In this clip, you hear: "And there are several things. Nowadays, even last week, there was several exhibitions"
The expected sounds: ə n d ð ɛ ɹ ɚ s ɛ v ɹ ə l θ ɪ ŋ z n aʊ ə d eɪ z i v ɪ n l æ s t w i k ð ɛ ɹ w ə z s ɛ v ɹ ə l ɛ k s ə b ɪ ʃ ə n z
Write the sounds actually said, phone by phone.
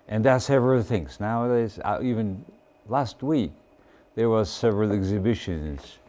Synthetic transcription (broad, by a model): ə n ð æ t s ɛ v ɹ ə l θ ɪ ŋ z n aʊ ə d eɪ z i v ɪ n l æ s t w i k ð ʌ ɹ w ə z s ɛ v ɹ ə l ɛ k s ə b ɪ ʃ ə n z